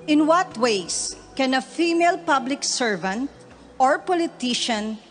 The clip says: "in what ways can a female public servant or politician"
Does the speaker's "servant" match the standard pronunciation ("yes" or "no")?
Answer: yes